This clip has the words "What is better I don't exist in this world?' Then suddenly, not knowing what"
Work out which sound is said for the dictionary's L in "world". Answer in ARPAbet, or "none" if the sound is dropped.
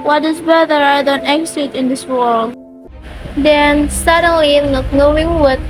L